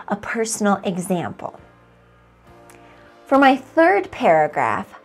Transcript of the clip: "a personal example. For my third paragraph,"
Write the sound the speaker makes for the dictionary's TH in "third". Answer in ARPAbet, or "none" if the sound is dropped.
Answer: TH